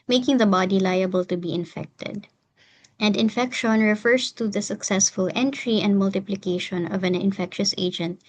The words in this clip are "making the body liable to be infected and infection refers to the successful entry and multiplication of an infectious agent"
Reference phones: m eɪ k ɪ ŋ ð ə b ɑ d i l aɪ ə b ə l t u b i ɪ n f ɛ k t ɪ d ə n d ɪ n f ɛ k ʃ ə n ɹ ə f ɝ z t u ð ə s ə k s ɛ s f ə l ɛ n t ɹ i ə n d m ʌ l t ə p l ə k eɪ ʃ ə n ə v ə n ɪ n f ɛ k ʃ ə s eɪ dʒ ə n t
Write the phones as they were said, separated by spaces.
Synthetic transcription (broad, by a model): m eɪ k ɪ ŋ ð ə b ɑ d i l aɪ ə b ə l t u b i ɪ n f ɛ k t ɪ d ə n d ɪ n f ɛ k ʃ ə n ɹ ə f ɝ s t u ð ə s ə k s ɛ s f ə l ɛ n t ɹ i ə n d m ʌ l t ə p l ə k eɪ ʃ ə n ə v ə n ɪ n f ɛ k ʃ ə s eɪ dʒ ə n t